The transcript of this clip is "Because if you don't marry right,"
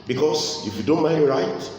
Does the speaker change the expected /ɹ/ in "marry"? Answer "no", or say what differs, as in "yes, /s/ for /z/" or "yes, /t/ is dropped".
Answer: yes, /ɹ/ is dropped